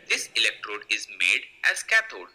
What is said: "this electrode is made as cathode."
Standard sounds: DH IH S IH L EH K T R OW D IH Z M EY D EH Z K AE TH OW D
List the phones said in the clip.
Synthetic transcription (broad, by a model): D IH S IH L EH K T R OW D IH Z M EY D EH Z K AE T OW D